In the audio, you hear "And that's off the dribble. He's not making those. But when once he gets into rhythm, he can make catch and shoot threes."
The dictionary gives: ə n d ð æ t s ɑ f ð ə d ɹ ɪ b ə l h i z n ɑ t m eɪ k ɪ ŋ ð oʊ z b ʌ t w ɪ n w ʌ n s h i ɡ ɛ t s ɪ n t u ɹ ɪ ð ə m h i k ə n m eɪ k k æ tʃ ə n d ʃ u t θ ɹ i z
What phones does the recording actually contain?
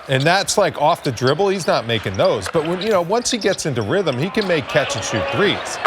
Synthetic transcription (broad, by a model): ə n ð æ t s ɑ f ð ə d ɹ ɪ b l h i z n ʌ t m eɪ k ɪ ŋ ð oʊ z b ʌ t w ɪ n w ʌ n s h i ɡ ɛ t s ɪ n t u ɹ ɪ ð ə m h i k ə n m eɪ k k æ tʃ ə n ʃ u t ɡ ɹ i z